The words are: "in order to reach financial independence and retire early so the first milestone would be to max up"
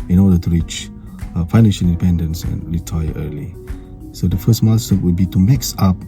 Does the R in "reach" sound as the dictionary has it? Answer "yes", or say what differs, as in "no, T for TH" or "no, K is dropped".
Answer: yes